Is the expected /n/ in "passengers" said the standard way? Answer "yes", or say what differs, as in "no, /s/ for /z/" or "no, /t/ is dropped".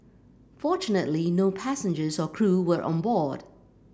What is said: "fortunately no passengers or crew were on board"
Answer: yes